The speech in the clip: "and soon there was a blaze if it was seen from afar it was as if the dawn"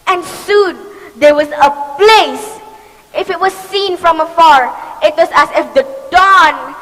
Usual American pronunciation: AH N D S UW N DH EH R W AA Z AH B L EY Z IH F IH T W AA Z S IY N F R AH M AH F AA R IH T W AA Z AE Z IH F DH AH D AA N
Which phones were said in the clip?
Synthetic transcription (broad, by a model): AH N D S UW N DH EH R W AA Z AH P L EY S IH F IH T W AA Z S IY N F R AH M AH F AA R IH T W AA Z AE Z IH F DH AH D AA N